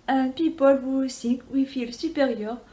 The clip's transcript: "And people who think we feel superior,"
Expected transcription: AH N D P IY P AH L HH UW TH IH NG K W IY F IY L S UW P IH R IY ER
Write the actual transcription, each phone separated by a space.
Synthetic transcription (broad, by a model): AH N P IY P AH L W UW S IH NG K W IY F IY L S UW P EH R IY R